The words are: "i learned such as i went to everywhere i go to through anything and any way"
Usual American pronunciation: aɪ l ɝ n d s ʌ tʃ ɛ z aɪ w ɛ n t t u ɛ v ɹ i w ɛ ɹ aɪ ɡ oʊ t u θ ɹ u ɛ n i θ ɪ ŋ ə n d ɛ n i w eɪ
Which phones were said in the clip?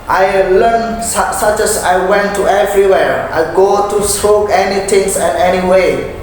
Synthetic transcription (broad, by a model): aɪ l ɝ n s s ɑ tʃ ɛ s aɪ w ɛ n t t u ɛ v ɹ i w ɛ ɹ aɪ ɡ oʊ t u s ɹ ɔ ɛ n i t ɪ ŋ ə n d ɛ n i w eɪ